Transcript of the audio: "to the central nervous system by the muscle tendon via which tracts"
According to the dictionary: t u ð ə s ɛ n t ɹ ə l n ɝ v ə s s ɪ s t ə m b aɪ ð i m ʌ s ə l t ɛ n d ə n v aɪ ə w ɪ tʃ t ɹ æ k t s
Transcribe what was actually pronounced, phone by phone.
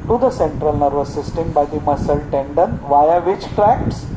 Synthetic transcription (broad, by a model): t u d ə s ɛ n t ɹ ə l n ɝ v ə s s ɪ s t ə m b aɪ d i m ʌ s ə l t ɛ n d ə n v aɪ ə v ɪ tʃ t ɹ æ k t s